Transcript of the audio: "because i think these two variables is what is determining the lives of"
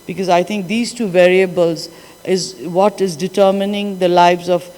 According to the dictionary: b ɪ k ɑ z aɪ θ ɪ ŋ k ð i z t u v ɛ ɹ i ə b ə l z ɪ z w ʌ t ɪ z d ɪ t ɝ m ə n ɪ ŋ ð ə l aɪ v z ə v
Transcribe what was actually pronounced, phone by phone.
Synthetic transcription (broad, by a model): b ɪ k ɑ z aɪ t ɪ ŋ k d i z t u v ɛ ɹ i ə b ə l z ɪ z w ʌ t ɪ z d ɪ t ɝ m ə n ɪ ŋ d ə l aɪ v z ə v